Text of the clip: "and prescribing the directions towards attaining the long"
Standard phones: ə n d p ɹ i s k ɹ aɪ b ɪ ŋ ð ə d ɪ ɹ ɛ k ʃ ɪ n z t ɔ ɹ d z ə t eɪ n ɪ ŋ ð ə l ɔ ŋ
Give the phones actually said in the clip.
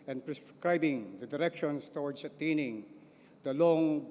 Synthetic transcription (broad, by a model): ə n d p ɹ i s k ɹ aɪ b ɪ ŋ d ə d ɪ ɹ ɛ k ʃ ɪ n s t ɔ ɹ d s ə t eɪ n ɪ ŋ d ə l ɔ ŋ